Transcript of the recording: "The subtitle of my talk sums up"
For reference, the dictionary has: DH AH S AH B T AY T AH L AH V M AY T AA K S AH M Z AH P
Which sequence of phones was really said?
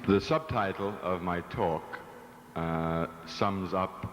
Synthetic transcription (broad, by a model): DH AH S AH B T AY T L AH V M AY T AA K S AH M Z AH P